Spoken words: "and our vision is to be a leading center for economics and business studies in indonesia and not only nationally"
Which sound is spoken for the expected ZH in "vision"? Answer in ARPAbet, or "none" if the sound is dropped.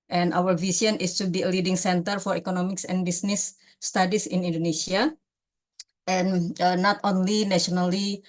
S